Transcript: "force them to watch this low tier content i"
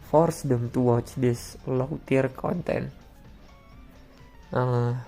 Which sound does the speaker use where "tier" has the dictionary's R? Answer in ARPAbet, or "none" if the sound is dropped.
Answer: R